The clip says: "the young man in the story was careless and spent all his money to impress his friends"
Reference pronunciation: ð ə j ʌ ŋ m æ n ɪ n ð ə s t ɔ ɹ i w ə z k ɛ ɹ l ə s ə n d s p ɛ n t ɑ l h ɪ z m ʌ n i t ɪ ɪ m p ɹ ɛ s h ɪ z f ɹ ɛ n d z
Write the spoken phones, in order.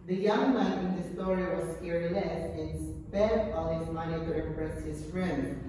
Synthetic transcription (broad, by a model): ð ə j ʌ ŋ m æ ɪ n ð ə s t ɔ ɹ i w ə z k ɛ ɹ n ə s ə n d s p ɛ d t ɑ l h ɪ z m ʌ n i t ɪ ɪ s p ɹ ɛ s h ɪ z f ɹ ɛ n d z